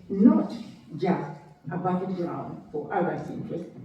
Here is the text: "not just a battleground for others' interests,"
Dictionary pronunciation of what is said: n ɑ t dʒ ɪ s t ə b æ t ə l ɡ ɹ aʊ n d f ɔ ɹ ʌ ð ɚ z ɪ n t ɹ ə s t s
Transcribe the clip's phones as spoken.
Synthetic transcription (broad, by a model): n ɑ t dʒ ɪ s t ə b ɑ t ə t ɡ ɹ aʊ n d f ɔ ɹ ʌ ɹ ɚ s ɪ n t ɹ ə s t